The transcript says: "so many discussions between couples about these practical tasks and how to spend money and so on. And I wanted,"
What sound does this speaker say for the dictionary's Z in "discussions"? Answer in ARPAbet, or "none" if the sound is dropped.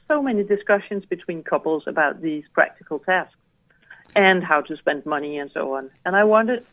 Z